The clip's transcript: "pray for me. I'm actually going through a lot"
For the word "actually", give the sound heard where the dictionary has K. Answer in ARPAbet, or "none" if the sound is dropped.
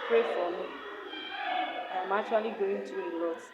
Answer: none